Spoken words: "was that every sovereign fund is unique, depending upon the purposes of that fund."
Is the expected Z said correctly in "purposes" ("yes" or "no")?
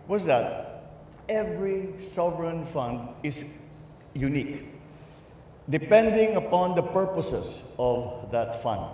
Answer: no